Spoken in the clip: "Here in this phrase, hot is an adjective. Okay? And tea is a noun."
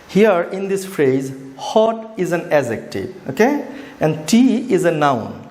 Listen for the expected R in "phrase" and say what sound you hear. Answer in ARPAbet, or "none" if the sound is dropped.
R